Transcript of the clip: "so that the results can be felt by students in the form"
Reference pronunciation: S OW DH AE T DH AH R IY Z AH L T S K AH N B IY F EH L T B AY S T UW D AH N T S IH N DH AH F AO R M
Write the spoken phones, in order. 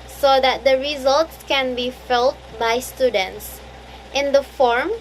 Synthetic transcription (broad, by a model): S OW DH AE T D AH R IY Z AH L T S K AH N B IY F EH L T B AY S T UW D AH N T S IH N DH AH F AO R M